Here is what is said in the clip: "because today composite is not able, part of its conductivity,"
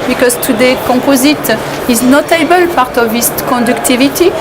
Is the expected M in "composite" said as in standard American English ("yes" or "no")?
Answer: no